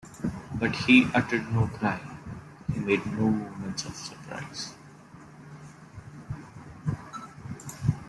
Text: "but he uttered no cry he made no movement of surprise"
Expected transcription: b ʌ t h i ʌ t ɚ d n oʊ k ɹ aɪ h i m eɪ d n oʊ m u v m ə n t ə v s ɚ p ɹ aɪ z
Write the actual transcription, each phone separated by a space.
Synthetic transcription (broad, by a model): b ʌ t h i ʌ t ɚ d n oʊ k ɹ aɪ h i m eɪ d n oʊ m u m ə n t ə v s ɚ p ɹ aɪ z